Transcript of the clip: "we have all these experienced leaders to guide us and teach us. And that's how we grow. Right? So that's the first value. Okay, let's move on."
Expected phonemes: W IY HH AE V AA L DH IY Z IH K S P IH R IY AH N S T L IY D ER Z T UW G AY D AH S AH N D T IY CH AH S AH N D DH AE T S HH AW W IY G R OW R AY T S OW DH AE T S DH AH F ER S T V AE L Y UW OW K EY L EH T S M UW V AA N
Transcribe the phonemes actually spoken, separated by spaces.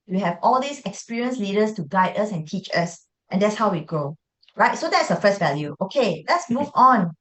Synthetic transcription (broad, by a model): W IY HH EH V AA L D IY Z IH K S P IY R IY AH N S L IY D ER S T UW G AY D AH S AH N T IY CH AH S AH N D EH T S HH AW W IY G OW R AY T S OW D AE T S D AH F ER S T V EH L Y UW OW K EY L EH T S M UW V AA N